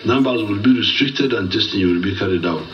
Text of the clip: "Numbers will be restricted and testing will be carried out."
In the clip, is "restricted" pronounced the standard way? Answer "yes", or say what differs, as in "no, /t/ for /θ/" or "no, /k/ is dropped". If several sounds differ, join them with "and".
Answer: yes